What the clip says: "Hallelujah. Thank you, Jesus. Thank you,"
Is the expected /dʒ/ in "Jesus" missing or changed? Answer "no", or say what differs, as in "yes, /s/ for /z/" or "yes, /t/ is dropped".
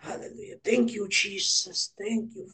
yes, /tʃ/ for /dʒ/